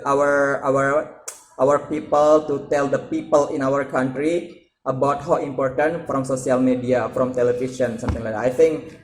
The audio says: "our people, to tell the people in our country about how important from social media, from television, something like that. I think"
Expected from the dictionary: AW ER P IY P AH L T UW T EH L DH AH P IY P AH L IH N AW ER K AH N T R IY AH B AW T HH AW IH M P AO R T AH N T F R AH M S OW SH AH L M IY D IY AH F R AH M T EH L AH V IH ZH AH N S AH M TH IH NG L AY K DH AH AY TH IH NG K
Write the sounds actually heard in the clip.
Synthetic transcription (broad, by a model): AW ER P IY P AH L T UW T EH L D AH P IY P AH L IH N AW ER K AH N T R IY AH B AW T HH AW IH M P AO R T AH N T F R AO M S OW S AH L M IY D IY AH F R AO M T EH L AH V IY S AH N S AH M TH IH NG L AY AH AY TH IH NG K